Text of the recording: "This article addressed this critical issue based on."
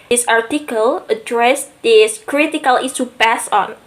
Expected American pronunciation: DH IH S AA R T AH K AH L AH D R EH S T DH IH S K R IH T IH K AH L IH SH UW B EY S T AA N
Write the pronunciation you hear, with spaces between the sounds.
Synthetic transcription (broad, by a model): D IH S AA R T AH K AH L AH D R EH S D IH S K R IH T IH K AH L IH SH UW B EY S AA N